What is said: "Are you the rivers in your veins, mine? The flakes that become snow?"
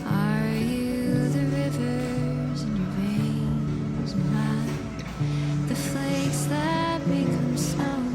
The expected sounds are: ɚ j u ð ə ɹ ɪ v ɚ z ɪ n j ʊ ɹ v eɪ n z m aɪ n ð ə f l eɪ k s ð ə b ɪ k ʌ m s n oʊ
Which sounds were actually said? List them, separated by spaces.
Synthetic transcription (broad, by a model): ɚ j u ð ə ɹ ɪ v ɚ z ɪ n j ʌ ɹ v eɪ n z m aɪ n ð ə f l eɪ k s ð ə b ɪ k ʌ m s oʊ